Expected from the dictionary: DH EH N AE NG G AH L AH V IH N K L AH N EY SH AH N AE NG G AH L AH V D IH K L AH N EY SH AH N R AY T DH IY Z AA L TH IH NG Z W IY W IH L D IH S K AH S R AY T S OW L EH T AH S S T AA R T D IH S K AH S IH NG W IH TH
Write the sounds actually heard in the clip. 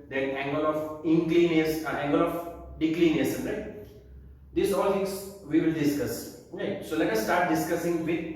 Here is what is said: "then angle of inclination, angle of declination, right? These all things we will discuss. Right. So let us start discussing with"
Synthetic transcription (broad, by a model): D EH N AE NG G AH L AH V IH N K L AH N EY S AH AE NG G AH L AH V D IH K L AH N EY S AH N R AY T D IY S AA L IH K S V IY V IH L D IH S K AH S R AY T S OW L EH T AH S S T AA R T D IH S K AH S IH NG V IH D